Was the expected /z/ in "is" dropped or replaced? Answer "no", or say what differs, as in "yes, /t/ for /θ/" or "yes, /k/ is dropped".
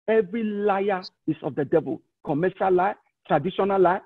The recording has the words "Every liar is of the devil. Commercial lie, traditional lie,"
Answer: yes, /s/ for /z/